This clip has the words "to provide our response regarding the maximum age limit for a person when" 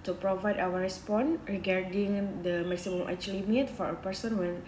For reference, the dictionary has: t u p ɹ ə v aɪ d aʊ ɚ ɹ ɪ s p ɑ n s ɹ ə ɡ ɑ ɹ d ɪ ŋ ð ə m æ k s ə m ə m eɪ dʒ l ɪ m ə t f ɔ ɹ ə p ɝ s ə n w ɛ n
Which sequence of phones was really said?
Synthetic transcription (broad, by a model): t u p ɹ ə v aɪ d aʊ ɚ ɹ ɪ s p ɑ n ɹ ə ɡ ɑ ɹ d ɪ ŋ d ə m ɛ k s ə m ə m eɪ tʃ l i m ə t f ɔ ɹ ə p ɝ s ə n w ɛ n